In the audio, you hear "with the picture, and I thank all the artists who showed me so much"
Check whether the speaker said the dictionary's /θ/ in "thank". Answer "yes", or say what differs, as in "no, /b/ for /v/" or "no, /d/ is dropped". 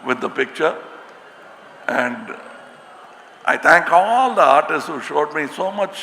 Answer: no, /t/ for /θ/